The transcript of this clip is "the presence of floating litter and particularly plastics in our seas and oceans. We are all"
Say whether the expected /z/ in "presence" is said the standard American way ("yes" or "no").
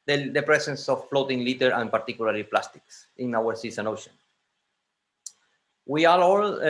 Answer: no